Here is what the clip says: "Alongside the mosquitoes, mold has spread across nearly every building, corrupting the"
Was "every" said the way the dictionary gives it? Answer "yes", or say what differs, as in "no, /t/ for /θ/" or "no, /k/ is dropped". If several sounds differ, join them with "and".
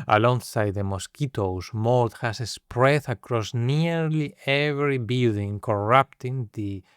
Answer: yes